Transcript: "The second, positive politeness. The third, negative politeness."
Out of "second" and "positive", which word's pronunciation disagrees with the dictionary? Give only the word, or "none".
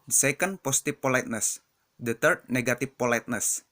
positive